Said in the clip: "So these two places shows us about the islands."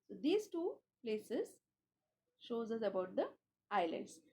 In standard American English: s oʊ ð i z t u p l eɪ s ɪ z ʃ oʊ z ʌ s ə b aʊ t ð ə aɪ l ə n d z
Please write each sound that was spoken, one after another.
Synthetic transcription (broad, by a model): s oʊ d i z t u p l eɪ s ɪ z ʃ oʊ z ʌ s ə b aʊ t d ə aɪ l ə n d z